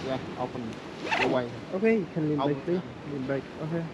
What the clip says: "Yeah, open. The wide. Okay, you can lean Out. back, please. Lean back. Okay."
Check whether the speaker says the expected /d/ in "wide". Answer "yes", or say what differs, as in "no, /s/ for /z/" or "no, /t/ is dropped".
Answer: no, /d/ is dropped